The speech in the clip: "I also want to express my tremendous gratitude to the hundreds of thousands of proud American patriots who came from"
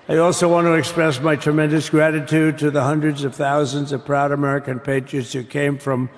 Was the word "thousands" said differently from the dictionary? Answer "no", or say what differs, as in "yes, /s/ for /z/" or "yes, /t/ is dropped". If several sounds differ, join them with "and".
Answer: no